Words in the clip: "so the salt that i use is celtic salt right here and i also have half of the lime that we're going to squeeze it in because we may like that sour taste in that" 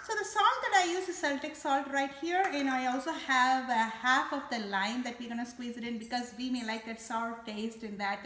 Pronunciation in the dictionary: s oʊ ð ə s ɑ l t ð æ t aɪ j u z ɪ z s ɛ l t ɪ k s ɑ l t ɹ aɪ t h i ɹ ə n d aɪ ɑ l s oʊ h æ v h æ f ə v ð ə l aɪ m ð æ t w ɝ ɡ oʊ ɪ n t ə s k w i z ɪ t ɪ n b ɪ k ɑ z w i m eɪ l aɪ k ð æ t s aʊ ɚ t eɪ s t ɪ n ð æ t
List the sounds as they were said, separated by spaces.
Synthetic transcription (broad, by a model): s oʊ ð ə s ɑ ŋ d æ t aɪ j u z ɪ s ɛ l t ɪ k s ɑ l t ɹ aɪ t h i ɹ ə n aɪ ɑ l s oʊ h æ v h æ f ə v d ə l aɪ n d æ t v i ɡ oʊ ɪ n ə s k w i z ɪ t ɪ n b ɪ k ɑ z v i m eɪ l aɪ k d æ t s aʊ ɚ t eɪ s t ɪ n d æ t